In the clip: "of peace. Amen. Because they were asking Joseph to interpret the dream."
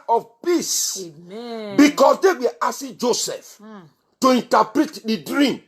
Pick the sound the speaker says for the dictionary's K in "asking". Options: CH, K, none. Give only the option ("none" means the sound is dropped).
none